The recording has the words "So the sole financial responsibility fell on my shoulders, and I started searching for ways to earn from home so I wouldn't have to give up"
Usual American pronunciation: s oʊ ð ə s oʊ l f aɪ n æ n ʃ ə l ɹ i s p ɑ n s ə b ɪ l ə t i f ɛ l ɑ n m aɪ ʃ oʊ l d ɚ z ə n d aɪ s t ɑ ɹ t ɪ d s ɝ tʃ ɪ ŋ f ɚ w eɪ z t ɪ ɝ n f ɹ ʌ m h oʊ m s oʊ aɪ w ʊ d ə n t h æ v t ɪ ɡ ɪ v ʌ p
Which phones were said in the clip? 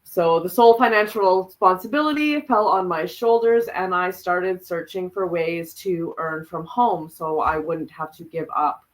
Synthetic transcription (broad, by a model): s oʊ ð ə s oʊ l f aɪ n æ n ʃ l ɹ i s p ɑ n s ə b ɪ l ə t i f ɛ l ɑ n m aɪ ʃ oʊ l d ɚ z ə n aɪ s t ɑ ɹ t ɪ d s ɝ tʃ ɪ ŋ f ɚ w eɪ z t ɪ ɝ n f ɹ ʌ m h oʊ m s oʊ aɪ w ʊ d n t h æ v t ɪ ɡ ɪ v ʌ p